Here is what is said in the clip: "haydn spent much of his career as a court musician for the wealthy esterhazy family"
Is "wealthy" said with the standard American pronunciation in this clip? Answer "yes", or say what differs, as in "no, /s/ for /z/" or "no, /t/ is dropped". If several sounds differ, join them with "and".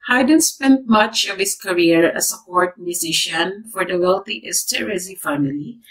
no, /t/ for /θ/